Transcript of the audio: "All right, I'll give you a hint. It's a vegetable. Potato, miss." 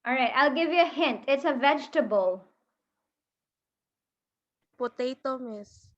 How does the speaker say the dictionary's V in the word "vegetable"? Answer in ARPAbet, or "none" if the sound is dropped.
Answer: V